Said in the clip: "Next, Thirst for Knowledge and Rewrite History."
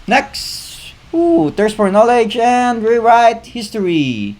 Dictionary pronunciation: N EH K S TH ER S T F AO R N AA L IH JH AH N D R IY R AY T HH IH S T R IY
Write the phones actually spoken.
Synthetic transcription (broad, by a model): N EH K S T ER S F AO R N AA L IH JH AH N D R IY R AY T HH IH S T R IY